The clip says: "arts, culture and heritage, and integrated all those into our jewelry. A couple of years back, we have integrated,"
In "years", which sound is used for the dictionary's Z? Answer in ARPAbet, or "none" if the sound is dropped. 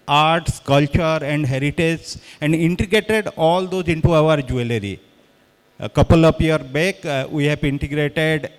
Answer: none